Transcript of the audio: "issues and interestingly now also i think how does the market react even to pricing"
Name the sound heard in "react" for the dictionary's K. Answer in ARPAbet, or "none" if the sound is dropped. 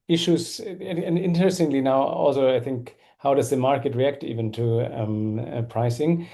K